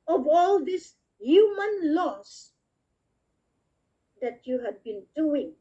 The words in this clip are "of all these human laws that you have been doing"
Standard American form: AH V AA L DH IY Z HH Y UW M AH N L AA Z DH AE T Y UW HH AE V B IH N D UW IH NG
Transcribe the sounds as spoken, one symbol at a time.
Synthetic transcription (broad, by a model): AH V AA L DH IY S HH Y UW M AH N L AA S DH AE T Y UW HH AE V B IH N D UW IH NG